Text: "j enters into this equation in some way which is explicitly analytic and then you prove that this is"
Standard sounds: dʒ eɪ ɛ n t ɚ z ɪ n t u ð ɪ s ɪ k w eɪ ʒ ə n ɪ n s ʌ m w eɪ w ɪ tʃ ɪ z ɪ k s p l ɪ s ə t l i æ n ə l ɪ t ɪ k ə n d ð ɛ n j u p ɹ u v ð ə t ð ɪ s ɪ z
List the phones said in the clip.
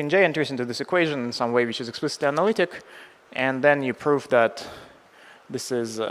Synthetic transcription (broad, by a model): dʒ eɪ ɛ n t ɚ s ɪ n t u ð ɪ s ɪ k w eɪ ʒ ə n ɪ n s ʌ m w eɪ w ɪ tʃ ɪ z ɪ k s p l ɪ s ə t l i æ n ə l ɪ t ɪ k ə n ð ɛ n j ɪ p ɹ u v ð ə t ð ɪ s ɪ z